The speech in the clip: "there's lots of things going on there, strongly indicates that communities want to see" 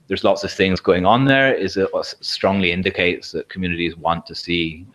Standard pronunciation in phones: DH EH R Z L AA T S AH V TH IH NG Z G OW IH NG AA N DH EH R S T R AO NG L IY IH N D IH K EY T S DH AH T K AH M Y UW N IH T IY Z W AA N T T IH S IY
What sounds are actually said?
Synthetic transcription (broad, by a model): DH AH R Z L AA T S AH V TH IH NG Z G OW IH NG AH N DH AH R S T R AO NG L IY IH N D IH K EY T S DH AH T K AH M Y UW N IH T IY Z W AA N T T IH S IY